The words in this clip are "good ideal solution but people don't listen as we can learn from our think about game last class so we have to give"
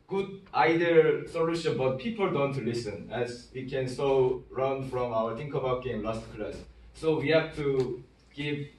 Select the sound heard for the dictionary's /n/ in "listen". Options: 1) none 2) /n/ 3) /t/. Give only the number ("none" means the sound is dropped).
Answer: 2